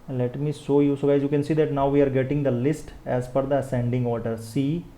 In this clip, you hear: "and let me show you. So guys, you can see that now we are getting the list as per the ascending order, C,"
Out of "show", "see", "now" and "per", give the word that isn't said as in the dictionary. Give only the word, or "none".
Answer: per